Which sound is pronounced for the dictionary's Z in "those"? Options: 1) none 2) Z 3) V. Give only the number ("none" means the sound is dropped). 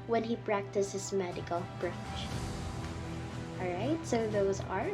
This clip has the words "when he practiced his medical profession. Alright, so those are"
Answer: 2